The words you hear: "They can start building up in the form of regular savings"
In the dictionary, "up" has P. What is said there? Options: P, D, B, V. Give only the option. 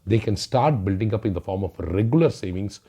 P